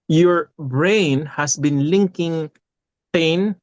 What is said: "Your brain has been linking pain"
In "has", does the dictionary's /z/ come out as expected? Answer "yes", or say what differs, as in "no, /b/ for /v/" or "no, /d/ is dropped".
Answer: no, /s/ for /z/